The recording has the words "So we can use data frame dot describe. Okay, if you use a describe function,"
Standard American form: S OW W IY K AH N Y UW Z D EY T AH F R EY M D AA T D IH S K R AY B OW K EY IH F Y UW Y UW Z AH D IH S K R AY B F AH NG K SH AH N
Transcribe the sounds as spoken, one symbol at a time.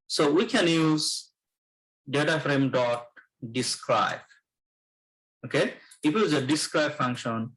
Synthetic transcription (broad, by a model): S OW W IY K AH N Y UW Z D EY T AH F R EY M D AA T D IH S K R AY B OW K EY IH F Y Y UW Z AH D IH S K R AY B F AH NG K SH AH N